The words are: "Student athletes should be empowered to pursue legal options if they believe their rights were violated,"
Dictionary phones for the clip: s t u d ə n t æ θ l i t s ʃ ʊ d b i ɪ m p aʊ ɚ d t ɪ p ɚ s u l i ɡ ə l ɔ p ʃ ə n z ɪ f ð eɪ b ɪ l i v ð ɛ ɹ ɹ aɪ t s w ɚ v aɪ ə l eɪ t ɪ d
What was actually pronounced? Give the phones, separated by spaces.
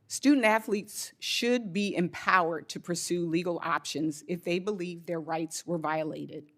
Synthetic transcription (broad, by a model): s t u d n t æ θ l i t s ʃ ʊ d b i ɪ m p aʊ ɚ d t ɪ p ɚ s u l i ɡ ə l ɔ p ʃ ə n z ɪ f ð eɪ b ɪ l i v ð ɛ ɹ ɹ aɪ t s w ɚ v aɪ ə l eɪ t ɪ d